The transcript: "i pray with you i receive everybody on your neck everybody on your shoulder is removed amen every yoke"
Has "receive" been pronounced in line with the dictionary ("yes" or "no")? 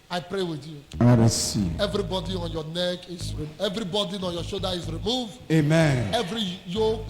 no